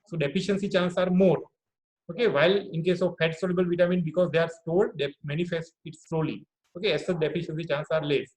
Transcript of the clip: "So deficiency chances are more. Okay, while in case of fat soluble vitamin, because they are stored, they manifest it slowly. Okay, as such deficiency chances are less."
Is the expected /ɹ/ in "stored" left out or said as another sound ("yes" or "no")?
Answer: yes